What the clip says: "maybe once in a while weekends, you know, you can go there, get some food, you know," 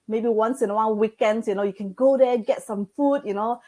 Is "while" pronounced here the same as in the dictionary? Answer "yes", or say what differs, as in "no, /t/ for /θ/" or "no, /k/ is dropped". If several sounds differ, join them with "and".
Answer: no, /n/ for /l/